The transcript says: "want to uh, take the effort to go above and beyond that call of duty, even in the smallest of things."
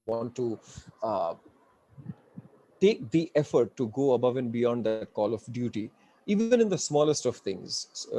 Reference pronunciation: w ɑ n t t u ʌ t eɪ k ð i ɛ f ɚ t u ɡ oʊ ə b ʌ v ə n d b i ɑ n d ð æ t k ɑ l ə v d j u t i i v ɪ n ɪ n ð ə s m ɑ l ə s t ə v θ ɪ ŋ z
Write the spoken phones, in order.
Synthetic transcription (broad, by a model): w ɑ n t t u t eɪ k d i ɛ f ɚ t u ɡ oʊ ə b ʌ v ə n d b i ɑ n d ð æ t k ɑ l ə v d j u t i i v ɪ n ɪ n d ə s m ɑ l ə s t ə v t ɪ ŋ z